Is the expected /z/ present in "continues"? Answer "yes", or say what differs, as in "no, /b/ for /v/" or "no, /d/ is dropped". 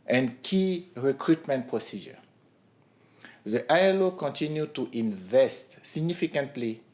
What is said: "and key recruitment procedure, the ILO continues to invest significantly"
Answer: no, /z/ is dropped